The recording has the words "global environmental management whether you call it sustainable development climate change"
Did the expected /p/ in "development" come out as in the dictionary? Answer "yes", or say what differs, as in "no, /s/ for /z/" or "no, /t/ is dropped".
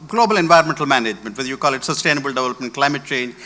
yes